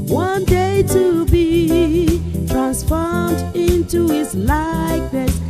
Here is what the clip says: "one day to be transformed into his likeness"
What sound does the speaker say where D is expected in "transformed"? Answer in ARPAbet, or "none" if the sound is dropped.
D